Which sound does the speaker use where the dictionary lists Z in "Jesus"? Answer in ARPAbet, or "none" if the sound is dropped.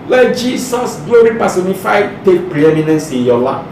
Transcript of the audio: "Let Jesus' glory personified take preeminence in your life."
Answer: S